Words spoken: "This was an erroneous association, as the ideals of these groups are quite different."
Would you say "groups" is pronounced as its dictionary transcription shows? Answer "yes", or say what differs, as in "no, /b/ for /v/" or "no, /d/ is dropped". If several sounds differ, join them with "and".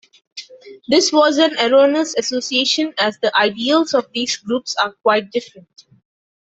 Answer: yes